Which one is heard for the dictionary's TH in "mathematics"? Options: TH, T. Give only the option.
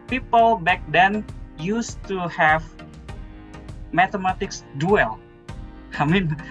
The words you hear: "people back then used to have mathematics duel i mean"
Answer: T